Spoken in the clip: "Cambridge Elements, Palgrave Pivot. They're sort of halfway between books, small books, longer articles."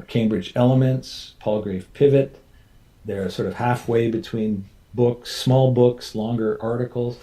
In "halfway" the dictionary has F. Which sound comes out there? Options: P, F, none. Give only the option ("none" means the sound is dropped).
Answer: F